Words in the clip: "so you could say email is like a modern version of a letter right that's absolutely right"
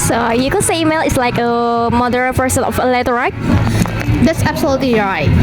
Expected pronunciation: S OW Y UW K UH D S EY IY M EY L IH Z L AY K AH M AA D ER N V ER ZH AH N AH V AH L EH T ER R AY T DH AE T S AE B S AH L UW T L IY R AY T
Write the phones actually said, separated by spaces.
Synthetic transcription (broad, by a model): S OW Y UW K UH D S EY IY M EY L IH S L AY K AH M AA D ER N P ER S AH N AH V AH L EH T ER R AY T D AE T S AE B S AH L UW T L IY R AY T